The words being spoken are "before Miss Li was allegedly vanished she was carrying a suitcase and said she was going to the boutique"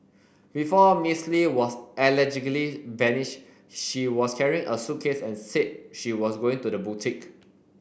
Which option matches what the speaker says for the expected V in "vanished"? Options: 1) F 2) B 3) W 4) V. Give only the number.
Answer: 2